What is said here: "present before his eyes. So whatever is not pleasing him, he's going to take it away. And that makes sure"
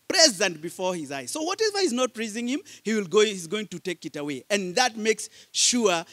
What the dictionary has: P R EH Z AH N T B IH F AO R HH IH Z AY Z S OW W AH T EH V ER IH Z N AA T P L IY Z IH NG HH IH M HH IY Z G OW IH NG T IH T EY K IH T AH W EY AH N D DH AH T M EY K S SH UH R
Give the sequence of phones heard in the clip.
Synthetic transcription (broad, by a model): P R EH Z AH N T B IH F AO R HH IH Z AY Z S OW W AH T EH V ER IH Z N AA T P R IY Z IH NG HH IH M HH IY Z G OW IH NG T IH T EY K IH T AH W EY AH N DH AH T M EY K S SH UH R